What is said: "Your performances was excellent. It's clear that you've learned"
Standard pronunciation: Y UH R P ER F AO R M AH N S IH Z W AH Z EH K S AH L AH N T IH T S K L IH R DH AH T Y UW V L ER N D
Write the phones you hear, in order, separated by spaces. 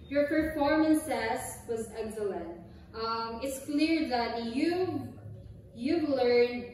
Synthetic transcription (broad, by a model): Y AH R P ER F AO R M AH N S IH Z W AH Z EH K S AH L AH N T IH T S K L IH R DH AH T Y UW V L ER N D